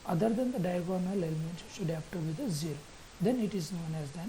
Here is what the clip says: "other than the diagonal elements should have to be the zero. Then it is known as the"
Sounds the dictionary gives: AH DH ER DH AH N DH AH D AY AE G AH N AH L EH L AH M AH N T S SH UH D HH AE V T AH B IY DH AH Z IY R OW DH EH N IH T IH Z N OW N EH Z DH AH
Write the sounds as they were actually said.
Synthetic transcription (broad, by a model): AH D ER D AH N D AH D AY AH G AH N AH L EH L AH M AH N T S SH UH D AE P T AH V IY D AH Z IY R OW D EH N IH T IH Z N OW N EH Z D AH